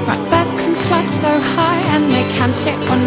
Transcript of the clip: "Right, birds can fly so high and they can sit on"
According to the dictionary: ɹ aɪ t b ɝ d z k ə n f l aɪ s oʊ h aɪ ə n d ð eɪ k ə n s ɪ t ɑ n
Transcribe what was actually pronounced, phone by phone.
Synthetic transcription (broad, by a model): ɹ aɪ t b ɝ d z k ə n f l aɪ s oʊ h aɪ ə n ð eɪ k ə n ʃ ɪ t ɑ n